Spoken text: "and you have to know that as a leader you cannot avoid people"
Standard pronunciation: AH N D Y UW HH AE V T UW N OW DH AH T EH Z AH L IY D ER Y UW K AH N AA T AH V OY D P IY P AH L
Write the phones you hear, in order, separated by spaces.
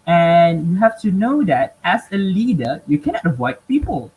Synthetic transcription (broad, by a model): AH N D Y UW HH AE F T UW N OW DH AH T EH S AH L IY D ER Y UW K AH N AA T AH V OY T P IY P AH L